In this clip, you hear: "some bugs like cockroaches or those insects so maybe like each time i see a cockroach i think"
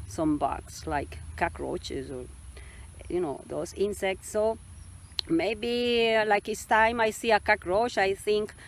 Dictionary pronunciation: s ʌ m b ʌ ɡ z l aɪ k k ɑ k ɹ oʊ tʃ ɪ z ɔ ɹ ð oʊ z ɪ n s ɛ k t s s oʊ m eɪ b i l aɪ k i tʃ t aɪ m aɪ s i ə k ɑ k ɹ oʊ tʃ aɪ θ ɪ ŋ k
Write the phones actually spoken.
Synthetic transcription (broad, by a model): s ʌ m b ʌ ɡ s l aɪ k k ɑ k ɹ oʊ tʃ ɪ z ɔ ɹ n oʊ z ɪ n s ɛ k t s s oʊ m eɪ b i l aɪ k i s t aɪ m aɪ s i ə k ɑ k ɹ oʊ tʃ aɪ θ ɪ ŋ k